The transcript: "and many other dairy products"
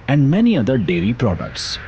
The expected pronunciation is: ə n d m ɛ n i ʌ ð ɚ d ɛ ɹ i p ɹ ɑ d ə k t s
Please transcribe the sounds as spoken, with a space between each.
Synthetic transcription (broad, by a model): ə n d m ɛ n i ʌ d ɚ d ɛ l i p ɹ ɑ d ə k t s